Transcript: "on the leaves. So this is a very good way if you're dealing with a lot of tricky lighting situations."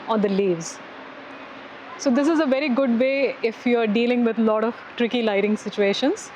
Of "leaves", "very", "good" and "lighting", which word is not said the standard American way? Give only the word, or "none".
none